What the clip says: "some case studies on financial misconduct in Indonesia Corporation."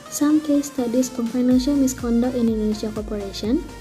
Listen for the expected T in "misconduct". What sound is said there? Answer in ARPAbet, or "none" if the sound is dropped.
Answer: none